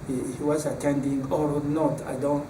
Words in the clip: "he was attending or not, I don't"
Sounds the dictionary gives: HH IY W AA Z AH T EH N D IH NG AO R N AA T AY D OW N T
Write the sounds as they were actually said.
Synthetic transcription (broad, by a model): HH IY W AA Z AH T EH N D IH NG AO R N AA T AY D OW N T